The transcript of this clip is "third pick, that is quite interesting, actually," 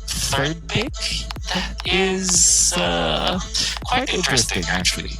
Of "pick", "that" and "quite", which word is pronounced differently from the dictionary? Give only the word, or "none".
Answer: pick